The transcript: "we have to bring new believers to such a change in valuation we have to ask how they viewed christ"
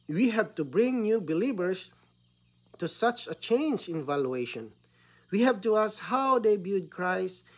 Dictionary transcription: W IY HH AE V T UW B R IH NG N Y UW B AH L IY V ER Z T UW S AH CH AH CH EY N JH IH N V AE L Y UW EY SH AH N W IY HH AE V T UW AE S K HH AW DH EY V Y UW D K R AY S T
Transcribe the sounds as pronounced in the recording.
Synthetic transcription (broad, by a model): W IY HH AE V T UW B R IH NG N Y UW B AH L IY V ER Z T UW S AH CH AH CH EY N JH IH N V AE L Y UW EY SH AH N W IY HH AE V T UW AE S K HH AW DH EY B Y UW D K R AY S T